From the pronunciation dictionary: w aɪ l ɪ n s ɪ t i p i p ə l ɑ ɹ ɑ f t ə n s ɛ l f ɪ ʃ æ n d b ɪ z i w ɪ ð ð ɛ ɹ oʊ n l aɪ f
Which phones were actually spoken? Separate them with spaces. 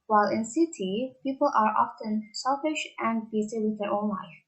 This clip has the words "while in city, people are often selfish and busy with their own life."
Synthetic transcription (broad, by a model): w aɪ l ɪ n s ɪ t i p i p ə l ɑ ɹ ɑ f t ə n s ɛ l f ɪ ʃ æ n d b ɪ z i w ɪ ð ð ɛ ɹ oʊ n l aɪ f